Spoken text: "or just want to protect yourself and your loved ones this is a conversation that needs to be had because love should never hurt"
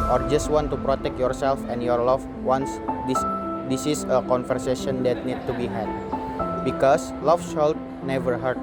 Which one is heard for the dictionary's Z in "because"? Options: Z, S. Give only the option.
S